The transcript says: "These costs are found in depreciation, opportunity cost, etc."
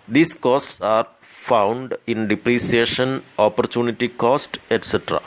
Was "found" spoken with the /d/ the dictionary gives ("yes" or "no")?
yes